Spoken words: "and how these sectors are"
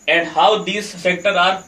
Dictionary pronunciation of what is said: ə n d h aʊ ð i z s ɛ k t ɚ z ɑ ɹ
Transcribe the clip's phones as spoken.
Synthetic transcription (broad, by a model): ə n d h aʊ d i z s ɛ k t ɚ ɑ ɹ